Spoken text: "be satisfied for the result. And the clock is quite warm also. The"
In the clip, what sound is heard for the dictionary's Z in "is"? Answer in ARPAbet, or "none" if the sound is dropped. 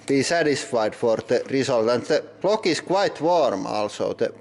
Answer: S